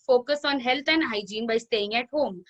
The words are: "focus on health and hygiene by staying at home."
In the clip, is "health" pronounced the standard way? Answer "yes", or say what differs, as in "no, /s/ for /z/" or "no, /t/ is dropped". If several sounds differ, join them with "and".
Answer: no, /t/ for /θ/